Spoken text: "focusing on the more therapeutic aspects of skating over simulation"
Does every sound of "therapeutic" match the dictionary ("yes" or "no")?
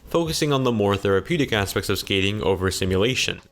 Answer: yes